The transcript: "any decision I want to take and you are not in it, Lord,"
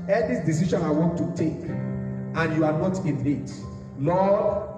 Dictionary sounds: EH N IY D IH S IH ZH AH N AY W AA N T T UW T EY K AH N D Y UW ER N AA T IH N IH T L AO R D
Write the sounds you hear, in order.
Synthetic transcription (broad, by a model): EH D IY D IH S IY SH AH N AY W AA N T T UW T EY K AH N Y UW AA N AA T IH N IH T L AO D